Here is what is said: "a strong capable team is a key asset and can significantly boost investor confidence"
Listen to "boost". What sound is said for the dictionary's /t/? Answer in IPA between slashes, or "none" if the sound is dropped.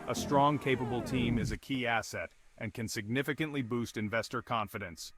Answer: /t/